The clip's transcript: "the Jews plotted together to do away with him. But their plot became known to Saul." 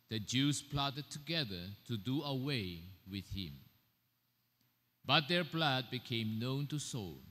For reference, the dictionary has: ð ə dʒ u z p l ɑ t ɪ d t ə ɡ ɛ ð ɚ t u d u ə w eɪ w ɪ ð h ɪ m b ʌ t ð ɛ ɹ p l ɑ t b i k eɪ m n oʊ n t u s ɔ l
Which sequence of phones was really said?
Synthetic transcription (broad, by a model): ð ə dʒ u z p l ɑ t ɪ d t ə ɡ ɛ ð ɚ t u d u ə w eɪ w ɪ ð h ɪ m b ʌ t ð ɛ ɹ b l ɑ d b i k eɪ m n oʊ n t u s ɔ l